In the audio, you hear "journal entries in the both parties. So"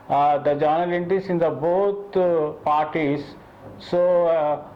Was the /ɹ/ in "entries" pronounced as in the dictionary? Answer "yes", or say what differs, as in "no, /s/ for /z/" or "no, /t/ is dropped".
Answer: no, /ɹ/ is dropped